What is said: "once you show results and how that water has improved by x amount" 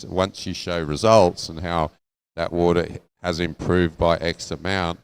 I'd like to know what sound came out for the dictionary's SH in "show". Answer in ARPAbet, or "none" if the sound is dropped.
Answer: SH